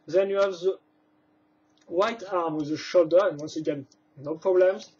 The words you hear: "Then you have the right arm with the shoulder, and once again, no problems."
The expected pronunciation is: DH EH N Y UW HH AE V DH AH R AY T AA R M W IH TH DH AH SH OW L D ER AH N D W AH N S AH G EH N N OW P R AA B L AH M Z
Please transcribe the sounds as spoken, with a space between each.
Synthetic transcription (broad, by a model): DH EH N Y UW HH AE V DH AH W AY T AA R M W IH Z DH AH SH OW L D ER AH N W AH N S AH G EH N N OW P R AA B L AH M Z